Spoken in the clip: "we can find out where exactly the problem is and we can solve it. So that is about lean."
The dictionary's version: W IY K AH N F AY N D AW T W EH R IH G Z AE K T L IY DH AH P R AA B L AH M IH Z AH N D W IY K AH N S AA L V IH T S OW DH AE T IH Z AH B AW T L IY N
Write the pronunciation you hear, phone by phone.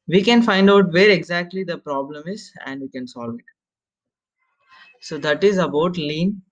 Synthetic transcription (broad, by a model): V IY K AH N F AY N D AW T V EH R IH G Z AE K T L IY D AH P R AA B L AH M IH Z AH N D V IY K AH N S AA L V IH T S OW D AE T IH Z AH B AW T L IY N